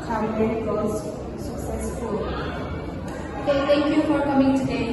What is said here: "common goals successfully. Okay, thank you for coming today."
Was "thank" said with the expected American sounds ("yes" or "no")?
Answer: no